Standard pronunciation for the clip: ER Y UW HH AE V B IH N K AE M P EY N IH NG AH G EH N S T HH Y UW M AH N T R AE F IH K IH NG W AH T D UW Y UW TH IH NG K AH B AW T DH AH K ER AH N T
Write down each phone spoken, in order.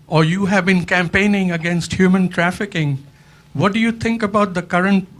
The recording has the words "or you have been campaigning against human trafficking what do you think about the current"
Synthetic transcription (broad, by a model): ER Y UW HH AE V B IH N K AE M P EY N IH NG AH G EH N S T HH Y UW M AH N T R AE F IH K IH NG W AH T D UW Y UW T IH NG K AH B AW T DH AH K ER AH N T